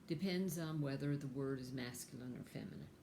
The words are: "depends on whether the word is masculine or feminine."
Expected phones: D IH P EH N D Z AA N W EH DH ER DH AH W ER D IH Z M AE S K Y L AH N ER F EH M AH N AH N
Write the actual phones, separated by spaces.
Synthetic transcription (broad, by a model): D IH P EH N D Z N W EH DH ER DH AH W ER D IH Z M AE S K Y L AH N ER F EH M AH N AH N